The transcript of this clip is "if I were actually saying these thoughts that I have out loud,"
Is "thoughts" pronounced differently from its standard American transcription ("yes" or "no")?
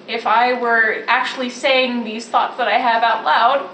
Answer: no